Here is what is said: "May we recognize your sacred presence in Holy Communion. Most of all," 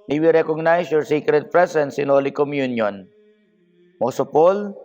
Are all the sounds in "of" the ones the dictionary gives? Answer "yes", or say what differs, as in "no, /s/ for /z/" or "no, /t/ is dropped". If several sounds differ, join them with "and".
no, /p/ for /v/